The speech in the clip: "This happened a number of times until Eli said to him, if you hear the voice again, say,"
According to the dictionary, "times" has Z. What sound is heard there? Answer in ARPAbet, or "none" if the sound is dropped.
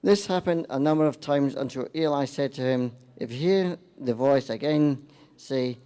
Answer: Z